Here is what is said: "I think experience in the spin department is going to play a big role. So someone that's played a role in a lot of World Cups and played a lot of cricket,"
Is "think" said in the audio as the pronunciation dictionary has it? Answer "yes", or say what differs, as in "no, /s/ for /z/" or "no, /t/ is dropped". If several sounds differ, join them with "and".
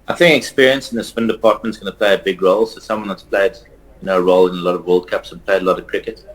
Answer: yes